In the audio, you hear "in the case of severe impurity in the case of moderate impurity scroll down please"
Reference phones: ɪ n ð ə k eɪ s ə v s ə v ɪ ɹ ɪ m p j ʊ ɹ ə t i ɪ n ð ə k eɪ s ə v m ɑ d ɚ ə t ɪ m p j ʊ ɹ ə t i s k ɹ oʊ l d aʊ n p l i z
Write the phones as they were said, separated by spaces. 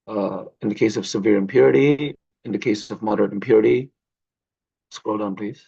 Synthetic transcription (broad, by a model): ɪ n ð ə k eɪ s ə v s ə v ɪ ɹ ɪ m p j ʊ ɹ ə t i ɪ n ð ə k eɪ s ə v m ɑ d ɚ ə t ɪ m p j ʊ ɹ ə t i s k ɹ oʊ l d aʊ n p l i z